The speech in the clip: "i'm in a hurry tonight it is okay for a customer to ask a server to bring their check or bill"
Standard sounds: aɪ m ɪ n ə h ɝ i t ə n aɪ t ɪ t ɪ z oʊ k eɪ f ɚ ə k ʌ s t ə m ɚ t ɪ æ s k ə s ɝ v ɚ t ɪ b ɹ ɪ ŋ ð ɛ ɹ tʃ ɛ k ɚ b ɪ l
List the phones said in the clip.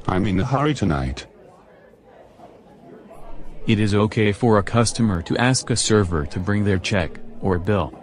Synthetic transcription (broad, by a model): aɪ m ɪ n ə h ɝ i t ə n aɪ t ɪ t ɪ z oʊ k eɪ f ɚ ə k ʌ s t ə m ɚ t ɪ æ s k ə s ɝ v ɚ t ɪ b ɹ ɪ ŋ ð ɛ ɹ tʃ ɛ k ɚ b ɪ l